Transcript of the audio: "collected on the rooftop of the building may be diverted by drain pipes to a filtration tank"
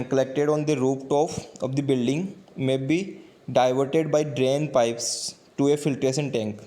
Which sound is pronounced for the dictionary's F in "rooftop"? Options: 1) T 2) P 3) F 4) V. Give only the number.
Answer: 2